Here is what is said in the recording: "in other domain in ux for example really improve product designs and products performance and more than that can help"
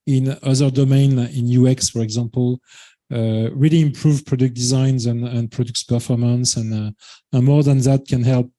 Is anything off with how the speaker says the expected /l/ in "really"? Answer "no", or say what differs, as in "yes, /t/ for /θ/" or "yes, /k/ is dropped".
no